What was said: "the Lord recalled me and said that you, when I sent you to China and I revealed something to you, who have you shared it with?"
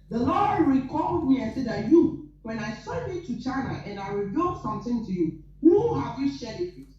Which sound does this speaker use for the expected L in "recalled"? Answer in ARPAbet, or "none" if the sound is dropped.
L